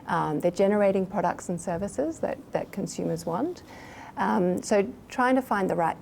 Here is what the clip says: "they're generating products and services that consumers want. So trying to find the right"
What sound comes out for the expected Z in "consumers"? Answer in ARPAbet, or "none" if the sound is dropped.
Z